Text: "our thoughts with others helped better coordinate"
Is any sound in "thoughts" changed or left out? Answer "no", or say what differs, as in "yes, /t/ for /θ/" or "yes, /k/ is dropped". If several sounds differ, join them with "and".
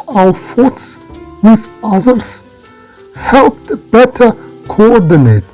yes, /f/ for /θ/